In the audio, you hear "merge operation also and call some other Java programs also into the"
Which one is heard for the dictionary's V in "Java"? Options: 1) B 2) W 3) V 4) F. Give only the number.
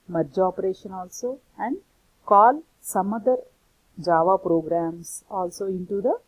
3